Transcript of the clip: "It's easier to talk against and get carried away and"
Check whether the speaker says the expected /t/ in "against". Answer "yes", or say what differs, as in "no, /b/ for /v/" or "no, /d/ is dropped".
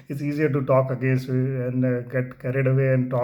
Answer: no, /t/ is dropped